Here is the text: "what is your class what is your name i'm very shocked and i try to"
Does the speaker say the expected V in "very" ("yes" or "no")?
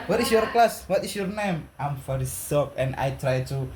no